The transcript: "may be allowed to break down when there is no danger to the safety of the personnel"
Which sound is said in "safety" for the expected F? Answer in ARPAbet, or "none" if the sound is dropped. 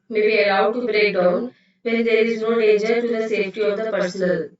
F